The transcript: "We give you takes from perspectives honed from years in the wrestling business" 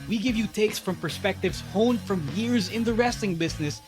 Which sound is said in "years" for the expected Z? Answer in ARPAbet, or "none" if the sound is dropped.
Z